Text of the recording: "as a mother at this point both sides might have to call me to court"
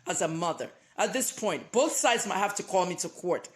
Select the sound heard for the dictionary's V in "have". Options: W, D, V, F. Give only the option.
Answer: F